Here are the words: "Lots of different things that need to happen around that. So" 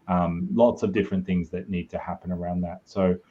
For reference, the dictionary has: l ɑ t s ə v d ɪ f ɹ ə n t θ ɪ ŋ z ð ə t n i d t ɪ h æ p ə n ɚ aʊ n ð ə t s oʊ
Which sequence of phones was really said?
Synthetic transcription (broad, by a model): l ɑ t s ə v d ɪ f ɹ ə n θ ɪ ŋ z ð ə t n i d t ɪ h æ p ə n ɚ aʊ n ð ə t s oʊ